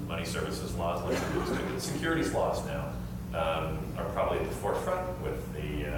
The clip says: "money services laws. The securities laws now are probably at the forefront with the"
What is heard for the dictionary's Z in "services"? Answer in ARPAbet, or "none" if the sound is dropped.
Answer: Z